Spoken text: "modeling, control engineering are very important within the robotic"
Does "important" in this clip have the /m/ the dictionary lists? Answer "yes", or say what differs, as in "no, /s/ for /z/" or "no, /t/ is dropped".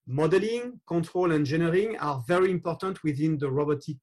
yes